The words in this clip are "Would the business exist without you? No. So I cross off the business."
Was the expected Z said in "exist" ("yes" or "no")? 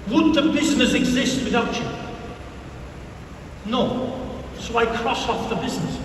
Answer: yes